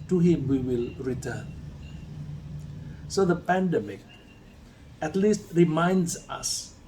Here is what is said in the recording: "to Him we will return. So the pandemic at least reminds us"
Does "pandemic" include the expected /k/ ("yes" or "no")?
yes